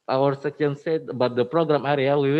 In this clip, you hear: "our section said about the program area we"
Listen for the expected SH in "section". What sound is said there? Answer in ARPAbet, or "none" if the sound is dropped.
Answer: none